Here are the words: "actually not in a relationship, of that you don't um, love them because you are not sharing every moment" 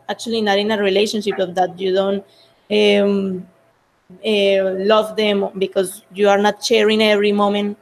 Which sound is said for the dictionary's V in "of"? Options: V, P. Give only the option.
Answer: P